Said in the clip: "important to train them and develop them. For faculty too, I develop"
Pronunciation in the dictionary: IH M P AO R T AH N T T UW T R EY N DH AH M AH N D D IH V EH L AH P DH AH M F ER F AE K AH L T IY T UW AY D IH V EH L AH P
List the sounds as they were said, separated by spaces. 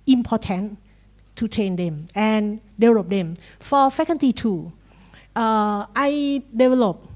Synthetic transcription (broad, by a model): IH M P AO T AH N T T UW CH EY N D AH M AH N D D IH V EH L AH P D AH M F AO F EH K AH N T IY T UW AY D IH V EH L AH P